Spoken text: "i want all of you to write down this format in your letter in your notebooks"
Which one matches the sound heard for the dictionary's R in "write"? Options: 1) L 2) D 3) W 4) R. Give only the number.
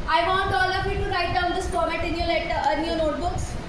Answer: 4